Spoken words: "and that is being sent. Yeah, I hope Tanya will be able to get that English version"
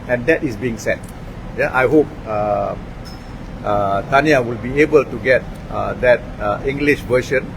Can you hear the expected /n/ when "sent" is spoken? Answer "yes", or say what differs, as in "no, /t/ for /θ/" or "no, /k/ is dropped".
no, /n/ is dropped